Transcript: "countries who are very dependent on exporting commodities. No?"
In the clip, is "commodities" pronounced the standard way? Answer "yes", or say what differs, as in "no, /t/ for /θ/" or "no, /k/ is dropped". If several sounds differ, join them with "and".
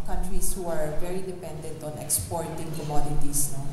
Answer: no, /s/ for /z/